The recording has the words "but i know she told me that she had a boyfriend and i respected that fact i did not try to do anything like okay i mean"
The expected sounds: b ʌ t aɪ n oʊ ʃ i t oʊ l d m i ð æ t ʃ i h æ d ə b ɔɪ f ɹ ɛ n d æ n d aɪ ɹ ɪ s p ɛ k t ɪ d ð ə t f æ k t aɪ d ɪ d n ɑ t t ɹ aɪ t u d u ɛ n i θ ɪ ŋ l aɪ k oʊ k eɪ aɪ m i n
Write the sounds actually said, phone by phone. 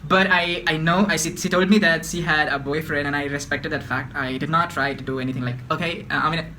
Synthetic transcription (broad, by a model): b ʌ t aɪ n oʊ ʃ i t oʊ l d m i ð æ t ʃ i h æ d ə b ɔɪ f ɹ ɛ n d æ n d aɪ ɹ ɪ s p ɛ k t ɪ d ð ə t f æ k t aɪ d ɪ d n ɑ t t ɹ aɪ t u d u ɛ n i t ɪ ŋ l aɪ k oʊ k eɪ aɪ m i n